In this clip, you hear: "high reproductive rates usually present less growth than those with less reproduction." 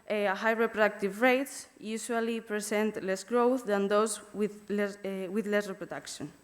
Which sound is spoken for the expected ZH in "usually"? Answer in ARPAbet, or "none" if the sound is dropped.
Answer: S